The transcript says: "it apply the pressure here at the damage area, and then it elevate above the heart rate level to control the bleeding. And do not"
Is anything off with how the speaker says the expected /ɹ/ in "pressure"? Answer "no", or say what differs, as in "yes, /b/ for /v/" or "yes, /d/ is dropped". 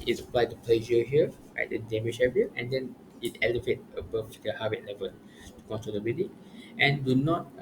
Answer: yes, /l/ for /ɹ/